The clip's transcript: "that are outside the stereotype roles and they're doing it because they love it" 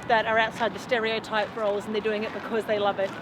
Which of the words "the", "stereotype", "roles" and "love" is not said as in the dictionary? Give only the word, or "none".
none